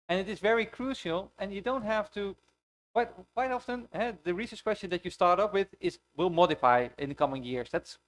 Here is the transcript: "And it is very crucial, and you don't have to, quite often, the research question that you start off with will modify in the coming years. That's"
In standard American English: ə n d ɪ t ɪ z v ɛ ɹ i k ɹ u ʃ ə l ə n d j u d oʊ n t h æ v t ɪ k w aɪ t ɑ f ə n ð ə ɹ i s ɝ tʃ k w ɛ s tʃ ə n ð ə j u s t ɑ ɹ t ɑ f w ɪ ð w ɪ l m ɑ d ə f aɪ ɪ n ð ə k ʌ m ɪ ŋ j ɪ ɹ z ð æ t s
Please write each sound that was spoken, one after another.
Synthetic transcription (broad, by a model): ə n ɪ t ɪ z v ɛ ɹ i k ɹ u ʃ ə l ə n j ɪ d oʊ n t h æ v t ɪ k w aɪ t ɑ f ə n ð ə ɹ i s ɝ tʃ k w ɛ s tʃ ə n ð ə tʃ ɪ s t ɑ ɹ t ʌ p w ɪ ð w ɪ l m ɑ d ə f aɪ ɪ n ð ə k ʌ m ɪ ŋ j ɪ ɹ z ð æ t s